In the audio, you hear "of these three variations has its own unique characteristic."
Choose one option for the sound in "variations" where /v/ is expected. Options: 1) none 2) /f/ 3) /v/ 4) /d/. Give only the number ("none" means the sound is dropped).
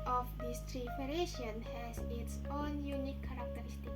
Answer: 2